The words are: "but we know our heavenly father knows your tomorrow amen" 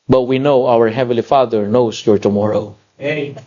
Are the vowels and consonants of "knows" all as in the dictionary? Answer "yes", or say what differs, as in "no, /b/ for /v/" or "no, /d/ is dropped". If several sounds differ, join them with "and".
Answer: no, /s/ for /z/